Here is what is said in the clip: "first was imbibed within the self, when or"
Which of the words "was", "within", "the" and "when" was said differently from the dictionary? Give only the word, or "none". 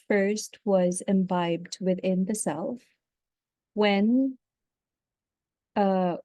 none